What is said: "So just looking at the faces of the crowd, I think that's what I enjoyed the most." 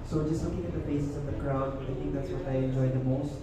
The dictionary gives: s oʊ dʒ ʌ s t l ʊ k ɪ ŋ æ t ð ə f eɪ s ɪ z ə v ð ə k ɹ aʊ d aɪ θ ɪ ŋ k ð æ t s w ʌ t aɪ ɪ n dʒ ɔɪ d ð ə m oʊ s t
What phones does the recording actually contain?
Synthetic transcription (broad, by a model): s oʊ dʒ ʌ s t l ʊ k ɪ ŋ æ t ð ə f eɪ s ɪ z ə v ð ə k ɹ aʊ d aɪ t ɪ ŋ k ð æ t s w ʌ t aɪ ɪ n dʒ ɔɪ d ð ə m oʊ s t